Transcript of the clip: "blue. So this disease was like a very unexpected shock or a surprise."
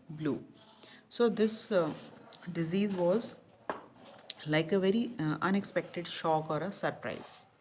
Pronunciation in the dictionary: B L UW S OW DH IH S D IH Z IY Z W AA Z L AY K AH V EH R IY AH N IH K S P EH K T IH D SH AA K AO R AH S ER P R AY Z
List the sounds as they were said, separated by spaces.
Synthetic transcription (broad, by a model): B L UW S OW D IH S D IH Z IY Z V AA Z L AY K AH V EH R IY AH N IH K S P EH K T IH D SH AA K AO R AH S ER P R AY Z